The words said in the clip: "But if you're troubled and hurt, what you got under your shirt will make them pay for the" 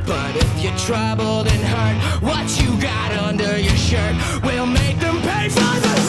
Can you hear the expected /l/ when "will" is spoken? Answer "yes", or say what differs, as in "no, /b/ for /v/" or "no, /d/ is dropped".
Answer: yes